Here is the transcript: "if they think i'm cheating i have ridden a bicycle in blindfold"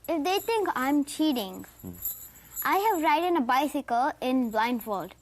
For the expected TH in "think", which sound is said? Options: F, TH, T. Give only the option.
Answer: T